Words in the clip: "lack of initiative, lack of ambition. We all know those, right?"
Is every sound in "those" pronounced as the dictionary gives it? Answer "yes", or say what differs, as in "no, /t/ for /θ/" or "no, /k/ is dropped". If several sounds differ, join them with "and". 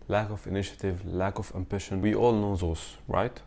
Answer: no, /s/ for /z/